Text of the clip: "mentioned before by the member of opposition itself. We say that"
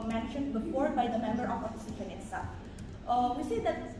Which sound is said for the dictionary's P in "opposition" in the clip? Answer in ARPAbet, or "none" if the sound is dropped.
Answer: F